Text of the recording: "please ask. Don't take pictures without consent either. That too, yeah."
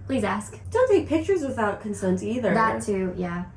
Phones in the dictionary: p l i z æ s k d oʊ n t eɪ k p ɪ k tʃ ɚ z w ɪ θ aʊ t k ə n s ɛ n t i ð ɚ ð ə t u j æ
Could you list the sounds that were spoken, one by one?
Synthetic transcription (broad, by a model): p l i z æ s k d oʊ n t eɪ k p ɪ k tʃ ɚ z w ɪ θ aʊ t k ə n s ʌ n t i ð ɚ ð ə t u j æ